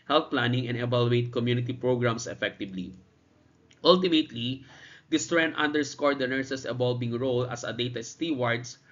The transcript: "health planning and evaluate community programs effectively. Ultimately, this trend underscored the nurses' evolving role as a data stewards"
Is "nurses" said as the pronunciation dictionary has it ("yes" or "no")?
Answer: no